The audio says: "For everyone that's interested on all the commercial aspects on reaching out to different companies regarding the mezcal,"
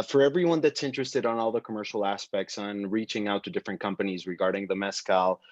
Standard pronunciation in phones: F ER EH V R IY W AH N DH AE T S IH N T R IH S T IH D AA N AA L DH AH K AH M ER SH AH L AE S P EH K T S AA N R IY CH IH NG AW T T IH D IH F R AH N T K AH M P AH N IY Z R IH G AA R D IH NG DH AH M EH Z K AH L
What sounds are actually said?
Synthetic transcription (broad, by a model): F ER EH V R IY W AH N DH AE T S IH N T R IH S T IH D N AA L DH AH K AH M ER SH L AE S P EH K T S N R IY CH IH NG AW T T IH D IH F R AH N K AH M P AH N IY Z R IH G AA R D IH NG DH AH M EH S K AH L